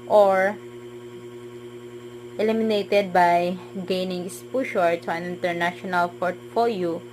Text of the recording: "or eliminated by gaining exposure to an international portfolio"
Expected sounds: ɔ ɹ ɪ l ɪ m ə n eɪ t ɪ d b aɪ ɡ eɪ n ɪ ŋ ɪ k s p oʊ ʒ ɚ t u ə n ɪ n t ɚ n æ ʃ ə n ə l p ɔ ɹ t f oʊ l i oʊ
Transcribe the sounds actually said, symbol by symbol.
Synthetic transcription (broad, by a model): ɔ ɹ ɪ l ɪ m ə n eɪ t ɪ d b aɪ ɡ eɪ n ɪ ŋ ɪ s p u ʃ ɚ t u ə n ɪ n t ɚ n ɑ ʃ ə n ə l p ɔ ɹ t f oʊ l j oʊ